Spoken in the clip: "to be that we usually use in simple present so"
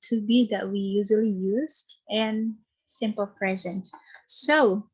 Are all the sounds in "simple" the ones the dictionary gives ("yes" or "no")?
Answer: yes